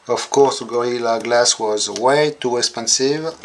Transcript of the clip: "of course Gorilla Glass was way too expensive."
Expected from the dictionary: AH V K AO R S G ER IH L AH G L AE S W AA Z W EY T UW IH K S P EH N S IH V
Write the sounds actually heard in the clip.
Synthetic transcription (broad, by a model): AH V K AO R S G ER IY L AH G L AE S W AA Z W EY T UW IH K S P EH N S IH V